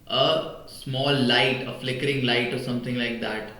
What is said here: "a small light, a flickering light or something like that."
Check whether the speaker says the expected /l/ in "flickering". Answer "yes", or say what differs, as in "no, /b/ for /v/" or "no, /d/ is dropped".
yes